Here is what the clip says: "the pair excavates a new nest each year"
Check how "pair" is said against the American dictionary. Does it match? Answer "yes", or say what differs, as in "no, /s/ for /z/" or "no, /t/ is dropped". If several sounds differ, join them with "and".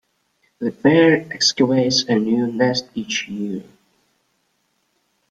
no, /b/ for /p/